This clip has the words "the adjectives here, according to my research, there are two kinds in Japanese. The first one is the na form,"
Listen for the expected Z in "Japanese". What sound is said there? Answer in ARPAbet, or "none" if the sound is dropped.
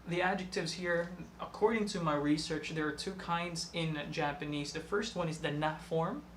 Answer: Z